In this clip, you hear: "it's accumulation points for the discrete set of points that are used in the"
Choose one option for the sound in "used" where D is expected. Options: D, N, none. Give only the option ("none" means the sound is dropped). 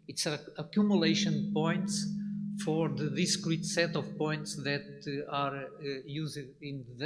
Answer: none